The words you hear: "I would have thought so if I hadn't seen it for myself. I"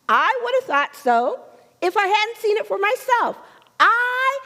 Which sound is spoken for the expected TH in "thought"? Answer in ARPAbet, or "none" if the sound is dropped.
TH